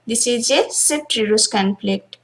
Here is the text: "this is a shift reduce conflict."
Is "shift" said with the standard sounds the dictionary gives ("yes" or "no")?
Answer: no